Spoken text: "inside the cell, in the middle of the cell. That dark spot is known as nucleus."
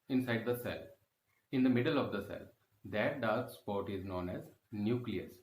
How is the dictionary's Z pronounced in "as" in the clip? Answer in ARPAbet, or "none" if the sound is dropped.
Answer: Z